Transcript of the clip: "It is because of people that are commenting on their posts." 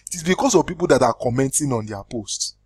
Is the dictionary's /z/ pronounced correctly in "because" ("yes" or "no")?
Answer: no